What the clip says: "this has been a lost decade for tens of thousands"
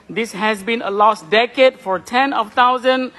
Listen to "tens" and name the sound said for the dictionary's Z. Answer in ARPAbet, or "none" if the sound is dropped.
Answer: none